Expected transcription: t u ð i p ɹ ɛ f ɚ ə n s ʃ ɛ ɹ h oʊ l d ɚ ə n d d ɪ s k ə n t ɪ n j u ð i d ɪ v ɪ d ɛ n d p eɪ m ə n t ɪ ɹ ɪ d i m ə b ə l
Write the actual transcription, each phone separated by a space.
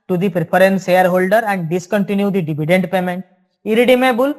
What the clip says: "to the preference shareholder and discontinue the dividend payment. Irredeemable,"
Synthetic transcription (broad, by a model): t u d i p ɹ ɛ p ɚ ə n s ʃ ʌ ɹ h oʊ l d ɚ ə n d d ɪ s k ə n t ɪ n j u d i d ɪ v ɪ d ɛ n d p eɪ m ə n t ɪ ɹ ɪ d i m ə b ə l